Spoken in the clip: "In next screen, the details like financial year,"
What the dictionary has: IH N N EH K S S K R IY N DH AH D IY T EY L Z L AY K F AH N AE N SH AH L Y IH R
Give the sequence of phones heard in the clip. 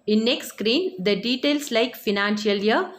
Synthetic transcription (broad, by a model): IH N N EH K S S K R IY N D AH D IY T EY L S L AY K F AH N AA N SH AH L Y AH